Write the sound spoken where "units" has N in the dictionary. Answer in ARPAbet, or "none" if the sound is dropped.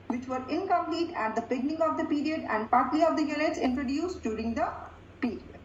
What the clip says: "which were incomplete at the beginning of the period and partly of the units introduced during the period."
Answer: L